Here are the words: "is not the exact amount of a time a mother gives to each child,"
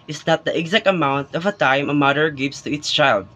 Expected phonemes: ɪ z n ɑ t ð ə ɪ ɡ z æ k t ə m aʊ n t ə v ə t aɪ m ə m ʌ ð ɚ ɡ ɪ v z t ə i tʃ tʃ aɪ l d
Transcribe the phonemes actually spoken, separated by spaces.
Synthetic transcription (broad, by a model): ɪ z n ɑ t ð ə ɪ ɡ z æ k t ə m aʊ n t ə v ə t aɪ m ə m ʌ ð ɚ ɡ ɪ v s t ə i s tʃ aɪ l d